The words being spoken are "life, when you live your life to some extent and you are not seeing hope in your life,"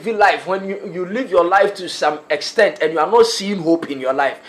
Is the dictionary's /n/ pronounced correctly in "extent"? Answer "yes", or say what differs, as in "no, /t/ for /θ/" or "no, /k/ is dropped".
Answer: yes